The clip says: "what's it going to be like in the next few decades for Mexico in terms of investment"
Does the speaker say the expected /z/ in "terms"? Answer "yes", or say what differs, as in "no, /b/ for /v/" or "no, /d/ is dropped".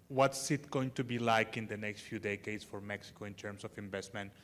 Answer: no, /s/ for /z/